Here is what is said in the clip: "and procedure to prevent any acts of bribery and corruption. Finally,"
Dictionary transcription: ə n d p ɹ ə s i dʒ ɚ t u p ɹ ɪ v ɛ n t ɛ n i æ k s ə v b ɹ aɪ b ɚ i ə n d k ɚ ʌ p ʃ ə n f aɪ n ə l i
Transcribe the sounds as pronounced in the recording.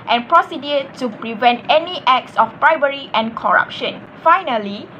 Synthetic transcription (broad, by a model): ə n p ɹ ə s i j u t u p ɹ ɪ v ɛ n t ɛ n i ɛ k s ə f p ɹ aɪ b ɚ i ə n k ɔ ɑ p ʃ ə n f aɪ n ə l i